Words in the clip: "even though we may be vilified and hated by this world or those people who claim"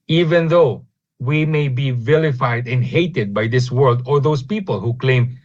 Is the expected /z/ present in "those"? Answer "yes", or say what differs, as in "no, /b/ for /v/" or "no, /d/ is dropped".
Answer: no, /s/ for /z/